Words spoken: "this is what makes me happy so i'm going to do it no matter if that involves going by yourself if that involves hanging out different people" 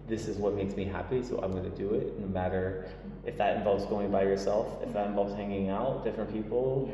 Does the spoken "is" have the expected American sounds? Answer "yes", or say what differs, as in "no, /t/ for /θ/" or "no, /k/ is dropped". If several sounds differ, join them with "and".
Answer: yes